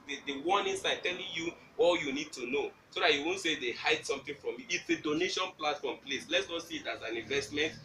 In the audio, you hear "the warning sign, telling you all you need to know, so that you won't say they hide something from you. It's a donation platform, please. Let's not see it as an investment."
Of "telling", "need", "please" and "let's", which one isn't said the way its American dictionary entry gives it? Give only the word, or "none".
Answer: please